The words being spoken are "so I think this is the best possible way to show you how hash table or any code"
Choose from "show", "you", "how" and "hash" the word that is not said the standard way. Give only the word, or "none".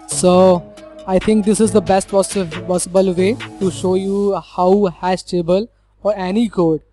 hash